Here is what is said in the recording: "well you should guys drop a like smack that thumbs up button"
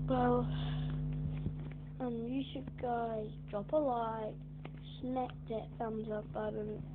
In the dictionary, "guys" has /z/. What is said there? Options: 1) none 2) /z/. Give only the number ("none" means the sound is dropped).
1